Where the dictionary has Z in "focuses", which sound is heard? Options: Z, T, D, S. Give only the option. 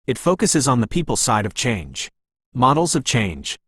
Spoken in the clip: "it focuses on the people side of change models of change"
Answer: Z